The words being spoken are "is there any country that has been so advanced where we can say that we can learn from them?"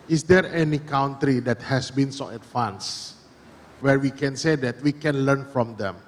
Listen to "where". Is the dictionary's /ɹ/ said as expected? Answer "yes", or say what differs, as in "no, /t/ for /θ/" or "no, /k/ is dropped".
yes